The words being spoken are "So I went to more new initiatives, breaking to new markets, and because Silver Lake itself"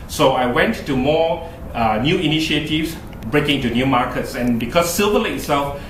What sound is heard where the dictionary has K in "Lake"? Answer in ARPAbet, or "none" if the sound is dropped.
none